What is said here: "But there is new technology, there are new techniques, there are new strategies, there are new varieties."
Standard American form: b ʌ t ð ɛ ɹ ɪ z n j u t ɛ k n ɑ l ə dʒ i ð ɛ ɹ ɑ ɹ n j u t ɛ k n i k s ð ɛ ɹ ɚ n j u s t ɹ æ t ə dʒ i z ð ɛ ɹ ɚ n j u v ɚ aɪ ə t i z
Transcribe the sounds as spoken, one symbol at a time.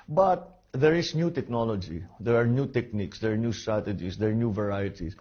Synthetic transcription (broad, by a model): b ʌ t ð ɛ ɹ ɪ s n j u t ɛ k n ɑ l ə dʒ i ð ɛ ɹ ɑ ɹ n j u t ɛ k n i k s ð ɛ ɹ n j u s t ɹ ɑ t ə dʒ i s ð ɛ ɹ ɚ n j u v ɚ aɪ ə t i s